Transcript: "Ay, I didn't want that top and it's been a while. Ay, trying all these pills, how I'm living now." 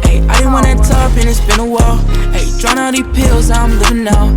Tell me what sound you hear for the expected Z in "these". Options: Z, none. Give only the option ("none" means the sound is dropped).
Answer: none